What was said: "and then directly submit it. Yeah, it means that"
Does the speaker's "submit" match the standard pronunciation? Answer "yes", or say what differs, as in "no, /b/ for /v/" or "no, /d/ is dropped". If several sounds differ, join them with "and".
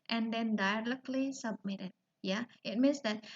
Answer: yes